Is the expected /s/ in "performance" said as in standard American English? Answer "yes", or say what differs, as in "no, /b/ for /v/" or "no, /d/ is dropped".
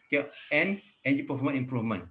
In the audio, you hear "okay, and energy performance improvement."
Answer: no, /s/ is dropped